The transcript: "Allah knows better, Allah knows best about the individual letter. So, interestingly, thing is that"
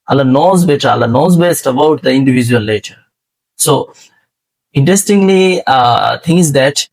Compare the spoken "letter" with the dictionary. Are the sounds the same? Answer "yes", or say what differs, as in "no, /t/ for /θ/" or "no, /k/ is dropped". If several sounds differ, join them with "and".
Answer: no, /n/ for /l/